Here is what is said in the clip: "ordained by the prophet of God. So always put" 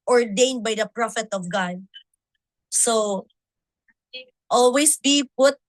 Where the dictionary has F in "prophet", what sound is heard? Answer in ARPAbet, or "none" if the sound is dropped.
F